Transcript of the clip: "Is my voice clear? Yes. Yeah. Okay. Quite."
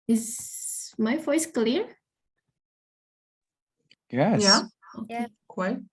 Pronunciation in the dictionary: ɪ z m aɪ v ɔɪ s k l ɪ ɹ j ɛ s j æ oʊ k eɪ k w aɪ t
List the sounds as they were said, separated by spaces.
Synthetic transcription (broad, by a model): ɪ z m aɪ v ɔɪ s k l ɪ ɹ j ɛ j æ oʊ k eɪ k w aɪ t